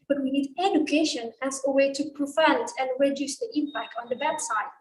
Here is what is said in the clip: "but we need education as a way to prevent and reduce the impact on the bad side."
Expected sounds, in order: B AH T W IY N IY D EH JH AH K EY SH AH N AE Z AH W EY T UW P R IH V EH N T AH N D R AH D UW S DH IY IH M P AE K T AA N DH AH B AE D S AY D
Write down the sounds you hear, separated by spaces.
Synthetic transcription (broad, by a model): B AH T W IY N IY D EH JH AH K EY SH AH N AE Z AH W EY T UW P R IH F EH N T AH N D R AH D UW S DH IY IH M P AE K T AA N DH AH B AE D S AY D